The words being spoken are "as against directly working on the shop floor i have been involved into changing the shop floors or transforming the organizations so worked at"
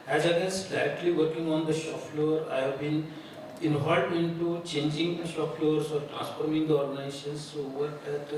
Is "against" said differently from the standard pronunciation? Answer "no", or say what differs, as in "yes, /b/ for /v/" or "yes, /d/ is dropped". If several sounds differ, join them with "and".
yes, /n/ is dropped